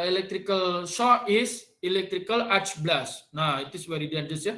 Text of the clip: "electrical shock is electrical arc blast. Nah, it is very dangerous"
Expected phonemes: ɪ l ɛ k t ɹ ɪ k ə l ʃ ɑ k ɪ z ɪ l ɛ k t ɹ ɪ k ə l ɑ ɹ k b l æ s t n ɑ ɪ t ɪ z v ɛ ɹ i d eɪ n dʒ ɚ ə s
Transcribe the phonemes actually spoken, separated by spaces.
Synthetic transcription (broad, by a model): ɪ l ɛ k t ɹ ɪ k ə l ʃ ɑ ɪ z ɪ l ɛ k t ɹ ɪ k ə l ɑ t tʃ b l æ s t n ɑ ɪ t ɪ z v ɛ ɹ i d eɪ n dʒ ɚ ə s